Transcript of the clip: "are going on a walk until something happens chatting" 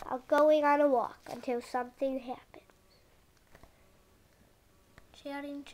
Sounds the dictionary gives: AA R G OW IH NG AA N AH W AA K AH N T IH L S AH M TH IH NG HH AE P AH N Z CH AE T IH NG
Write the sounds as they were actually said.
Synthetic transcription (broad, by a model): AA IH G OW IH NG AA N AH W AA K AH N T IH L S AH M TH IH NG HH AE P AH N Z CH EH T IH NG